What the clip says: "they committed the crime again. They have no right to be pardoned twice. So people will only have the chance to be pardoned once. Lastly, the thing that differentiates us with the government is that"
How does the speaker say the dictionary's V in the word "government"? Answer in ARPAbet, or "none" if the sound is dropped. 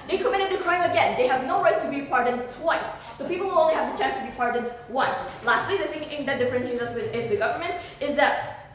V